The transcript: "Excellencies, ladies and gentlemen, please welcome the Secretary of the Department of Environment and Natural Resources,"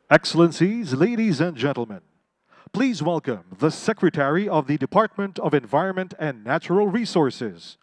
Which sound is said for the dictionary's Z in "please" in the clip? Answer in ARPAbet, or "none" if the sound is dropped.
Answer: Z